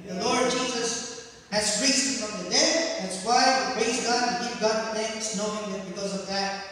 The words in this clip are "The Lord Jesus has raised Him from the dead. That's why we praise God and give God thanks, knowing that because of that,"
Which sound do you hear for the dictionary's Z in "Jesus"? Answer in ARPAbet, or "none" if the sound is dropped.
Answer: Z